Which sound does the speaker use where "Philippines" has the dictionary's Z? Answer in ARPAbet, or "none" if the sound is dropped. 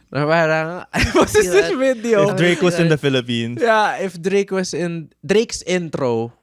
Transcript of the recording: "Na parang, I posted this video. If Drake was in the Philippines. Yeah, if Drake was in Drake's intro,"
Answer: none